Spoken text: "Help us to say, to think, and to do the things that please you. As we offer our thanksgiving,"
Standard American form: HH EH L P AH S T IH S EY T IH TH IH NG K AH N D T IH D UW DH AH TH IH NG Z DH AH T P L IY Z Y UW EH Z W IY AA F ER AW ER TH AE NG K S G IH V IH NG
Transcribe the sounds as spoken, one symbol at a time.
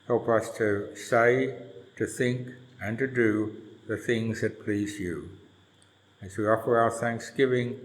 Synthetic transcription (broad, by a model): HH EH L P AH S T IH S EY T IH TH IH NG K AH N T IH D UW DH AH TH IH NG Z DH AH T P L IY Z Y UW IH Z W IY AA F ER AW ER TH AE NG K S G IH V IH NG